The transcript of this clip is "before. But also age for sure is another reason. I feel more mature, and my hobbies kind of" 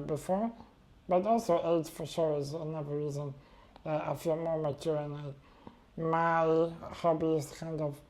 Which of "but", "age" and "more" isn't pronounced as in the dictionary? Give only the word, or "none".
age